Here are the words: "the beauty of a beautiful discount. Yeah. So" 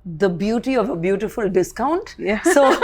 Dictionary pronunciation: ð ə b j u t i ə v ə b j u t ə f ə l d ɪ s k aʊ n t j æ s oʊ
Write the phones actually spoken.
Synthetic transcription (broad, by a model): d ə b j u t i ə v ə b j u t ə f ə l d ɪ s k aʊ n t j s oʊ